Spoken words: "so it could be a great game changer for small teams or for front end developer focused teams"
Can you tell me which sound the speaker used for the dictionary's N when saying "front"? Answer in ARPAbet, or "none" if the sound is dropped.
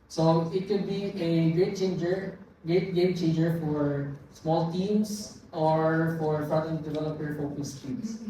none